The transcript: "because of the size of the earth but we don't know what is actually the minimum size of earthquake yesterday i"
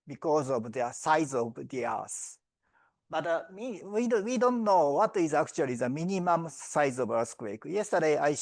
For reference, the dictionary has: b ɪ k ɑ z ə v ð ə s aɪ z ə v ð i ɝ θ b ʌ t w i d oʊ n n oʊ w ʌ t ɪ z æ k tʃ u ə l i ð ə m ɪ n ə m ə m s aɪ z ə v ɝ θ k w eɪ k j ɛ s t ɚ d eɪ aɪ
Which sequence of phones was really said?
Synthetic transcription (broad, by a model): b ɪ k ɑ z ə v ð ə s aɪ z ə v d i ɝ s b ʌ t w i d oʊ n n oʊ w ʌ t ɪ z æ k tʃ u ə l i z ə m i n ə m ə m s aɪ z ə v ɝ s k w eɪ k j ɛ s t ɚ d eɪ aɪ